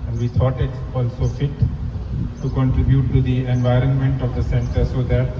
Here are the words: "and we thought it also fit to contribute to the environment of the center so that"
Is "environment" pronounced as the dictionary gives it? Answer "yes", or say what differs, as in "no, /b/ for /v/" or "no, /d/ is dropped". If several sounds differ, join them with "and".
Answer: yes